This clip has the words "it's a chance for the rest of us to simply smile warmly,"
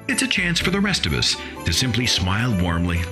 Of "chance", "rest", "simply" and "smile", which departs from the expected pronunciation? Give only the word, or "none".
none